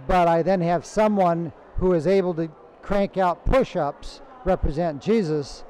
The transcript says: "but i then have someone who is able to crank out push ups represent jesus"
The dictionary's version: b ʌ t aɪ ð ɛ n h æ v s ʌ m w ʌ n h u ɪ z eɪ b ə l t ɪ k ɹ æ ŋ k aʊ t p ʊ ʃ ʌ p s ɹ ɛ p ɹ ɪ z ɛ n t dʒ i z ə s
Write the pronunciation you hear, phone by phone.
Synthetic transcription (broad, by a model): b ʌ t aɪ ð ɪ n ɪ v s ʌ m w ʌ n h u ɪ z eɪ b l t ɪ k ɹ æ ŋ k aʊ t p ʊ ʃ ʌ p s ɹ ɛ p ɹ ɪ z ɛ n t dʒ i z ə s